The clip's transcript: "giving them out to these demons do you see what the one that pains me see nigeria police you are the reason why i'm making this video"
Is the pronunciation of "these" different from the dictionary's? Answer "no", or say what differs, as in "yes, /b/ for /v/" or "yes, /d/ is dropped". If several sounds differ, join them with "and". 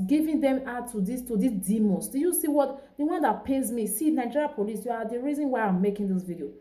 yes, /s/ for /z/